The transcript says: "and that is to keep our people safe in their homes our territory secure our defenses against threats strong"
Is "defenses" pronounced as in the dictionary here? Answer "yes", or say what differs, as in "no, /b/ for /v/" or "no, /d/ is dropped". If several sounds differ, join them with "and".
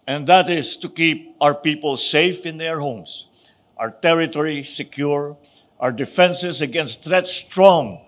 no, /s/ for /z/